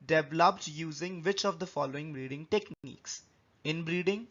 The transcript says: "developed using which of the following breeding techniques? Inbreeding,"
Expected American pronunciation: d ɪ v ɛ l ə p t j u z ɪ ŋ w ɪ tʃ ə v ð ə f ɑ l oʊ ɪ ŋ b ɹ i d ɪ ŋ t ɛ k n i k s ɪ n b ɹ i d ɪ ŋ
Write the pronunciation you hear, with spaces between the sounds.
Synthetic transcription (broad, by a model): d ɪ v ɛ l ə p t j u z ɪ ŋ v ɪ tʃ ə v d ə f ɑ l oʊ ɪ ŋ b ɹ i d ɪ ŋ t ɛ k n i k s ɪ n b ɹ i d ɪ ŋ